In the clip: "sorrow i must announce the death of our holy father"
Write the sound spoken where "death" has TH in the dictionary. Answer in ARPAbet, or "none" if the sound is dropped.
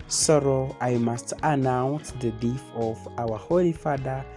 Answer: F